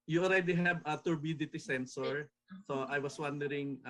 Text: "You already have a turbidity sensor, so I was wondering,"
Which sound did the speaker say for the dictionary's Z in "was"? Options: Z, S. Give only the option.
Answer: S